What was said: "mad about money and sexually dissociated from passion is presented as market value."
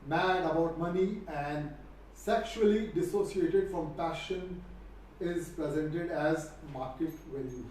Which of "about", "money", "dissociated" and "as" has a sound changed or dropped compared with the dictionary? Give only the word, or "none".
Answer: none